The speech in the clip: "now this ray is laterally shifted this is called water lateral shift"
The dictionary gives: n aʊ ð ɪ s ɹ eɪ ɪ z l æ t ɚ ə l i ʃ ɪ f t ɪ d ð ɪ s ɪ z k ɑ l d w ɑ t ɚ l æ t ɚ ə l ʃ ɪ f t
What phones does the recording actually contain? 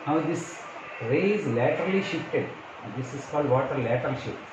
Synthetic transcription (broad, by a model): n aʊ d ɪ s ɹ eɪ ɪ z l æ t ɚ ə l i ʃ ɪ f t ɪ d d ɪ s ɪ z k ɑ l d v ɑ t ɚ l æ t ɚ l ʃ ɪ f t